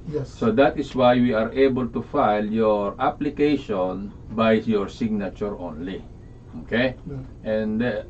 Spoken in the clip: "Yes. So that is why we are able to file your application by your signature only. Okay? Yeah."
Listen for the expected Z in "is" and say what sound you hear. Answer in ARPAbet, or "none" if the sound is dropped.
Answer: S